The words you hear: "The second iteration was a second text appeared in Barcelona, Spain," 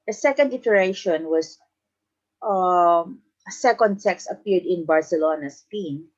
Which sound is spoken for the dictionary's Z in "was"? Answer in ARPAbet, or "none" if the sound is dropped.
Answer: S